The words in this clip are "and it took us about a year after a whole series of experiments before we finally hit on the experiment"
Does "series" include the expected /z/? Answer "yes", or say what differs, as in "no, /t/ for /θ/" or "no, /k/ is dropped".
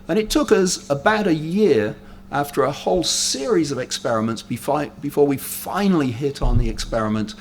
yes